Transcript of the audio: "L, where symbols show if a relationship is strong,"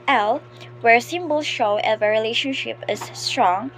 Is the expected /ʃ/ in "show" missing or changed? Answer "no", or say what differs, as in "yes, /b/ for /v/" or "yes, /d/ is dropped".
no